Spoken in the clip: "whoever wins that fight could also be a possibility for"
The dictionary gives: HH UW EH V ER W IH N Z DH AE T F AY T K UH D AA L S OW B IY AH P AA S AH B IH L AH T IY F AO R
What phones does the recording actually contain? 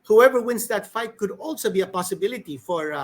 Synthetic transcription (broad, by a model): HH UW EH V ER W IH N S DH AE T F AY T K UH D AA L S OW B IY AH P AA S AH B IH L AH T IY F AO R